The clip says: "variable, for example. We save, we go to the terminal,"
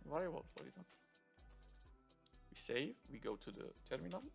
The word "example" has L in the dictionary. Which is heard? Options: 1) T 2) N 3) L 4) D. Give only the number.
2